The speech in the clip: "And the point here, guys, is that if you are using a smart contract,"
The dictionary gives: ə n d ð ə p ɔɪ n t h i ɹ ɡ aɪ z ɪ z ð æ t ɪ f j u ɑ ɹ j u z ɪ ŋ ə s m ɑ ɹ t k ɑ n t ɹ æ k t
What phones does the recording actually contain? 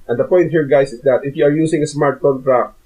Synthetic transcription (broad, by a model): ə n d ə p ɔɪ n t h i ɹ ɡ aɪ s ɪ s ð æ t ɪ f j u ɑ ɹ j u s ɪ ŋ ə s m ɑ ɹ t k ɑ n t ɹ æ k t